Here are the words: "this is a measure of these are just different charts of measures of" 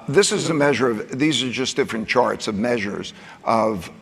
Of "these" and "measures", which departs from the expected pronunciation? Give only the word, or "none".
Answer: none